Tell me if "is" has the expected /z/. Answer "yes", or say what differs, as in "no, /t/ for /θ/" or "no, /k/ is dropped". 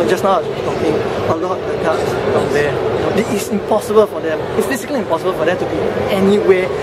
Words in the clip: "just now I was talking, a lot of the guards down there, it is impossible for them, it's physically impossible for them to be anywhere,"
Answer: no, /s/ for /z/